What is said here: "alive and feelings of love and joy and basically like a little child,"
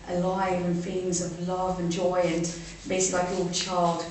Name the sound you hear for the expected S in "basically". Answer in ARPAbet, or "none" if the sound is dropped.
none